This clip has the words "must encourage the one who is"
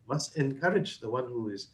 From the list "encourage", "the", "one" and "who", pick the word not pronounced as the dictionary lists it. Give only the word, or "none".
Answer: none